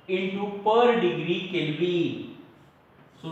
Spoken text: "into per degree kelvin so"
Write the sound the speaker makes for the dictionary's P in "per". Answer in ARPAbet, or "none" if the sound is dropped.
P